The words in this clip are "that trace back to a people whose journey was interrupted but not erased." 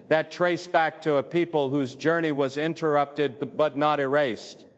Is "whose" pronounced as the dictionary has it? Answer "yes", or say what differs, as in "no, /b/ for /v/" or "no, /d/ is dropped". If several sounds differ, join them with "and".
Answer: yes